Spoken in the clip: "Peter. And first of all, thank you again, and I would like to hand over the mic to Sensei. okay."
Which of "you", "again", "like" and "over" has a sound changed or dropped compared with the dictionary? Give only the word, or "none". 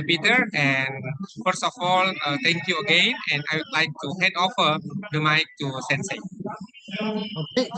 over